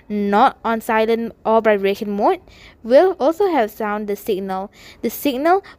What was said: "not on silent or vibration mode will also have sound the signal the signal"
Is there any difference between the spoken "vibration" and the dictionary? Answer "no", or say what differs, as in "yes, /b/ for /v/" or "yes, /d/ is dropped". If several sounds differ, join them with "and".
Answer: yes, /b/ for /v/ and /b/ is dropped